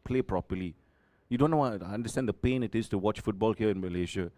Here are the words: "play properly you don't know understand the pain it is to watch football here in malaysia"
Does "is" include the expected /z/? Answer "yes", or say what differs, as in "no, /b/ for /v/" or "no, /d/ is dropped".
no, /s/ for /z/